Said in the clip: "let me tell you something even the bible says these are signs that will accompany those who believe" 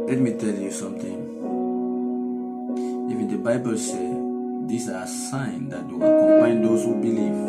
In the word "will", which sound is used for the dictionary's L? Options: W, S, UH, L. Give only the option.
W